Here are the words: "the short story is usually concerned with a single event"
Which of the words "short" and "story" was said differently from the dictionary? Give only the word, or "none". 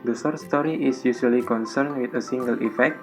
short